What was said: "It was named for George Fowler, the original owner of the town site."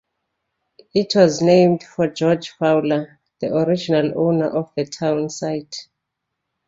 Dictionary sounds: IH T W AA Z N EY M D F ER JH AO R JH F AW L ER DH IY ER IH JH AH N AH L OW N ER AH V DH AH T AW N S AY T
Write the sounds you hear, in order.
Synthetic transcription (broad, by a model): IH T W AA Z N EY M D F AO JH AO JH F AW L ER DH IY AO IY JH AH N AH L OW N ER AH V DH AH T AW N S AY T